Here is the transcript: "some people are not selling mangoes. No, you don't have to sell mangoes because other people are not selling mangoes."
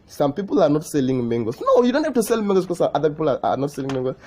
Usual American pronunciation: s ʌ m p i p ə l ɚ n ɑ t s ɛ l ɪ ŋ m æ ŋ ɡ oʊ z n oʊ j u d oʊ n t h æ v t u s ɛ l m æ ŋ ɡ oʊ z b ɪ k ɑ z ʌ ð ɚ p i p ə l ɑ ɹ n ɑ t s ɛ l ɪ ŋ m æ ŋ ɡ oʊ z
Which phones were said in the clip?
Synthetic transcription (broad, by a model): s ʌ m p i p ə l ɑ n ɑ t s ɛ l ɪ ŋ m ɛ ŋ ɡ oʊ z n oʊ j u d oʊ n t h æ f t u s ɛ l m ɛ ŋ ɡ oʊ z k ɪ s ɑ ʌ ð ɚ p i p ə l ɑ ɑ n ɑ t s ɛ l ɪ ŋ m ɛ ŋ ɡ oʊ